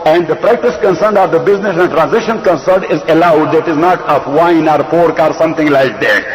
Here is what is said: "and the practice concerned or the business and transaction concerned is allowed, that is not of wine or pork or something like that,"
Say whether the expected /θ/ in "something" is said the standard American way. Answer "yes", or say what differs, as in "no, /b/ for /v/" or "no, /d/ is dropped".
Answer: no, /t/ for /θ/